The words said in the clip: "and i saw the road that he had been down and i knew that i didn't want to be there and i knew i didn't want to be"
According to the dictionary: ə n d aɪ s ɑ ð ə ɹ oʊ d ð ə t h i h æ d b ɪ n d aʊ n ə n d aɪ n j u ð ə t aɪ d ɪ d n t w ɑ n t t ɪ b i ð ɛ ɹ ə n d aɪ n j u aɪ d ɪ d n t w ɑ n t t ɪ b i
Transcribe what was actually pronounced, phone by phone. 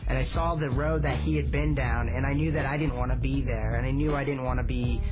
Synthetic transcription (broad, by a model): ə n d aɪ s ɑ ð ə ɹ oʊ d ð ə t h i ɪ d b ɪ n d aʊ n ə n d aɪ n j u ð ə t aɪ d ɪ d n t w ɑ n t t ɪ b i ð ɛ ɹ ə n aɪ n j u aɪ d ɪ d n t w ɑ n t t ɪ b i